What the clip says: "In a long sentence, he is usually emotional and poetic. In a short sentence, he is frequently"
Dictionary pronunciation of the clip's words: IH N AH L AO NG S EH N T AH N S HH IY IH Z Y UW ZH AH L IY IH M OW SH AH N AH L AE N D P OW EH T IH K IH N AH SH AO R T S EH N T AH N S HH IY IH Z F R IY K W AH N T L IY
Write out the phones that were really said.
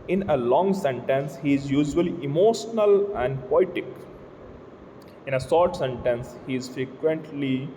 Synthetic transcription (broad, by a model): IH N AH L AO NG S EH N T AH N S HH IY IH Z Y UW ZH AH L IY IH M OW SH AH N AH L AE N D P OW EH T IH K IH N AH S AO R T S EH N T AH N S HH IY IH Z F R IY K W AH N T L IY